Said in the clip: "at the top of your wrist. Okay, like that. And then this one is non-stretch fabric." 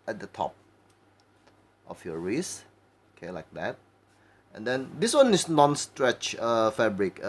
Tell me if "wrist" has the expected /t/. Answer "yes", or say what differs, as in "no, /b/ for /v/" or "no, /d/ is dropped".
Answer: no, /t/ is dropped